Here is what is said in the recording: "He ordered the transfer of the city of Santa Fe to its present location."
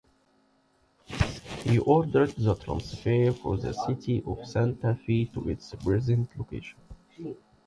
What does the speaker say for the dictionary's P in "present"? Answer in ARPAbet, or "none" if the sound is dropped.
B